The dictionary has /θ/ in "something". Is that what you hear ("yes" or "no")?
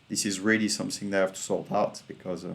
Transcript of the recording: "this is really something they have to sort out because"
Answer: yes